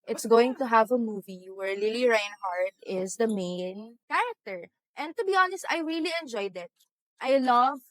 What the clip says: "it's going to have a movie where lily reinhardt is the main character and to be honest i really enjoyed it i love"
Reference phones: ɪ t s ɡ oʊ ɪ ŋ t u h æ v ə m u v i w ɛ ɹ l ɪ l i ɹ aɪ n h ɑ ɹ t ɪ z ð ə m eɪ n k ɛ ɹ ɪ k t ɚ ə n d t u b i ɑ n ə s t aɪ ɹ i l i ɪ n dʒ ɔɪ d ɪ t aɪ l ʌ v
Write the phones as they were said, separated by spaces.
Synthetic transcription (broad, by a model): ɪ t s ɡ oʊ ɪ ŋ t u h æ v ə m u v i w ɛ ɹ l ɪ l i ɹ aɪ n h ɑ ɹ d ɪ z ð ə m eɪ n k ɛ ɹ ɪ k t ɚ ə n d t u b i ɑ n ə s t aɪ ɹ i l i ɪ n dʒ ɔɪ d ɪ t aɪ l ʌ v